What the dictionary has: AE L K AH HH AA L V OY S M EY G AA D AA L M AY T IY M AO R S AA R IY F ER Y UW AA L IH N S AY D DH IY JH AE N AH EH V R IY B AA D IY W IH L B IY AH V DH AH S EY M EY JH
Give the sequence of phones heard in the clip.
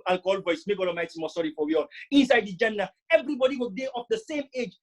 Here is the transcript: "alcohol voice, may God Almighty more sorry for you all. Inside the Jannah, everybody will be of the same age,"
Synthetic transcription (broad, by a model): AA L K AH HH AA L V OY S M EY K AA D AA M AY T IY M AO S AA R IY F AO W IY AA L IH N S AY D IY JH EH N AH EH V R IY B AA D IY W IH L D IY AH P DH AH S EY M EY JH